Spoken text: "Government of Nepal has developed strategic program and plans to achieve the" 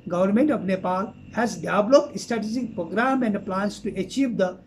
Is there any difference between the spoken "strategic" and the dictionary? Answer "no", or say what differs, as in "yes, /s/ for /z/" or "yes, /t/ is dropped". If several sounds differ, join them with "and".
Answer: yes, /ɹ/ is dropped